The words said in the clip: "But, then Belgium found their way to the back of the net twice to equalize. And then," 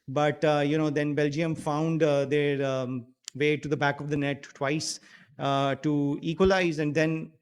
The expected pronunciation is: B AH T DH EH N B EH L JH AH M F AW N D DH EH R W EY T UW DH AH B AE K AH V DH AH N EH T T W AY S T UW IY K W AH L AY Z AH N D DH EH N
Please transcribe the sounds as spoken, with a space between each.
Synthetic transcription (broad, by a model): B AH T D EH N B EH L JH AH M F AW N D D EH R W EY T UW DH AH B AE K AH V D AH N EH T T W AY S T UW IY K W AH L AY Z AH N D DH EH N